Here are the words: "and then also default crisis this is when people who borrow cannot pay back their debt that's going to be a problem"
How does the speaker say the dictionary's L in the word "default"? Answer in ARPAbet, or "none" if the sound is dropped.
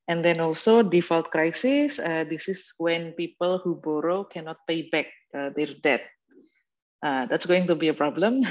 L